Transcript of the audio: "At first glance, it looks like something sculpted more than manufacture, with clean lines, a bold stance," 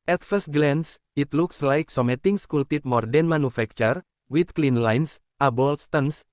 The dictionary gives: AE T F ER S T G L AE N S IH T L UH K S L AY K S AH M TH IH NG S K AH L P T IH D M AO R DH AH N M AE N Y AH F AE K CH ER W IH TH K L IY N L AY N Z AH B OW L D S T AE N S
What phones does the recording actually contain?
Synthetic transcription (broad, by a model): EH T F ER S T G L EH N S IH T L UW K S L AY K S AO M T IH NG S K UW L T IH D M AO R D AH N M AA N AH F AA K CH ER W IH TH K L IY N L AY N S AH B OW L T S T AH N S